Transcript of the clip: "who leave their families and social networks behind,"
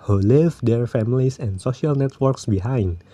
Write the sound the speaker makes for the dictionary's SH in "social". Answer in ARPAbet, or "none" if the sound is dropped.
SH